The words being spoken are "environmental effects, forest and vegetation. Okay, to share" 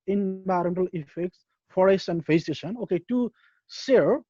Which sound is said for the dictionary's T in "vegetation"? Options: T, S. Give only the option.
S